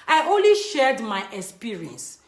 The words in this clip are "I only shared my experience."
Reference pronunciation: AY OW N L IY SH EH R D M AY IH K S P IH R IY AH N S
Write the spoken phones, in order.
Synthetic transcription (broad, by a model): AY OW N L IY SH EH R D M AY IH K S P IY R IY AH N S